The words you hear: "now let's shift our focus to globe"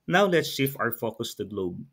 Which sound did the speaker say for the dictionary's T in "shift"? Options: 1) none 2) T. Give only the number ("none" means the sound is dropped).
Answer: 1